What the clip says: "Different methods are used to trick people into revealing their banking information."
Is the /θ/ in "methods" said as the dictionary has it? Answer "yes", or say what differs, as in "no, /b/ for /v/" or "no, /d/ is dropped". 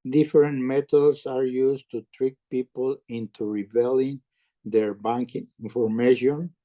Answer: no, /t/ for /θ/